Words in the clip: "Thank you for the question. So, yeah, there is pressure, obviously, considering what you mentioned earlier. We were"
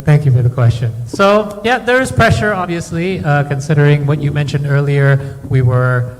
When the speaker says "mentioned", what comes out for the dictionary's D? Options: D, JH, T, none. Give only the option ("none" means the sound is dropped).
D